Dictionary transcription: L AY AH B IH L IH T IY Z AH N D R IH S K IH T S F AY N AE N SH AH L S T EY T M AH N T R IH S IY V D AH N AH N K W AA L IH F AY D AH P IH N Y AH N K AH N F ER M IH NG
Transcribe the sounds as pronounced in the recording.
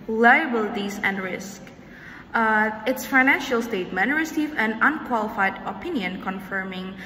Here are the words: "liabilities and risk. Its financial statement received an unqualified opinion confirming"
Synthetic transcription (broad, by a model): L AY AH B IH L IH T IY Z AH N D R IH S K IH T S F AY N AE N SH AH L S T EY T M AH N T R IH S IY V AH N AH N K W AA L IH F AY D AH P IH N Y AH N K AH N F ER M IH NG